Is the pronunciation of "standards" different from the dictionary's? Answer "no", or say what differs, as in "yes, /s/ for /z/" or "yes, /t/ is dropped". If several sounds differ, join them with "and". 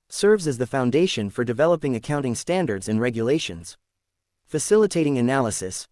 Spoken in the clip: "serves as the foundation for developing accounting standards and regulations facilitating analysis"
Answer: no